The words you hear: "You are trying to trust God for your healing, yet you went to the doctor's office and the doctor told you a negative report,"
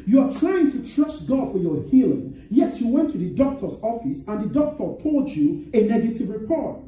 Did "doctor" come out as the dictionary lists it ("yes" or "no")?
yes